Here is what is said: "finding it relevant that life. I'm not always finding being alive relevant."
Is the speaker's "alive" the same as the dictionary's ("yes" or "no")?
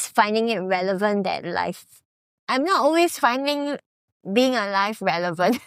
no